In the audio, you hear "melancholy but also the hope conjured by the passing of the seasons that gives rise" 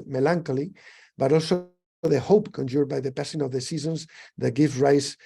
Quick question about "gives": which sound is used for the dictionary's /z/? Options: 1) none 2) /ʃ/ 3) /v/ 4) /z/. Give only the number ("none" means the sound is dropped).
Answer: 1